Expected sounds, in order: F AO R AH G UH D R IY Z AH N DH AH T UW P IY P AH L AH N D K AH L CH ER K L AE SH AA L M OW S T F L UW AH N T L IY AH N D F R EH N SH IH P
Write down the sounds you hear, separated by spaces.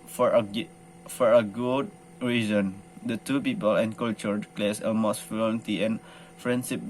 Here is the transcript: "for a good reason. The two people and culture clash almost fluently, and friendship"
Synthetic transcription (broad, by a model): F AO R AH G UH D R IY Z AH N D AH T UW P IY P AH L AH N K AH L CH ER K L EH S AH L M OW S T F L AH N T IY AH N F R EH N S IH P